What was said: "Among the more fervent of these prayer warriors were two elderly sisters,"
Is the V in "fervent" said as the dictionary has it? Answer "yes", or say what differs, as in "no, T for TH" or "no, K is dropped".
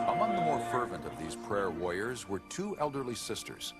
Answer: yes